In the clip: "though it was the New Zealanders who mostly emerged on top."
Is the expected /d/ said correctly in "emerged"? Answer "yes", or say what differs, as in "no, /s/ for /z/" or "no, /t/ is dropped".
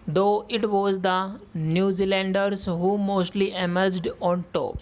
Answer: yes